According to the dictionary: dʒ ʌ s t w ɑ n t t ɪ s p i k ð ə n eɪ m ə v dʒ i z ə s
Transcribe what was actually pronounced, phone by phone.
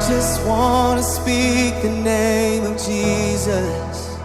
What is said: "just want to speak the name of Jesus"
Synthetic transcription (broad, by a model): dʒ ʌ s t w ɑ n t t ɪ s p i k ð ə n eɪ m ə v dʒ i z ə s